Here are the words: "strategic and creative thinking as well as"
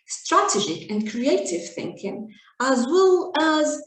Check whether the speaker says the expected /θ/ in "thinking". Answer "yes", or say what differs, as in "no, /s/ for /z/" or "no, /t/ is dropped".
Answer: yes